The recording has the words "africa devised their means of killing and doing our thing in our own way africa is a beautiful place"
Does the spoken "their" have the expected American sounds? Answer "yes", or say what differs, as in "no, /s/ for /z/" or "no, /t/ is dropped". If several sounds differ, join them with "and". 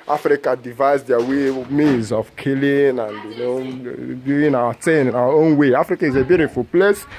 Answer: no, /w/ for /ɹ/